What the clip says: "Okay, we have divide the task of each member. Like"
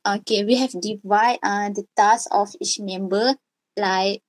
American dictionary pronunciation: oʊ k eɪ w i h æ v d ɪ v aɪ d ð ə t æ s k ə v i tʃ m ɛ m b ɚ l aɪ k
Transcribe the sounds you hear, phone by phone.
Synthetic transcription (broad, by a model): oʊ k eɪ w i h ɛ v d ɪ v aɪ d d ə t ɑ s ə f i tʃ m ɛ m b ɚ l aɪ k